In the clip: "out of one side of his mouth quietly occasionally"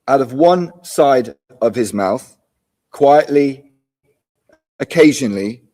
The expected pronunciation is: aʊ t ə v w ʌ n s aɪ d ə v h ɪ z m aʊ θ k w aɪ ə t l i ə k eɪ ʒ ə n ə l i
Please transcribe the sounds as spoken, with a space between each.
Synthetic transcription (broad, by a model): aʊ t ə v w ʌ n s aɪ d ə v ɪ z m aʊ θ k w aɪ ə t l i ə k eɪ ʒ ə n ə l i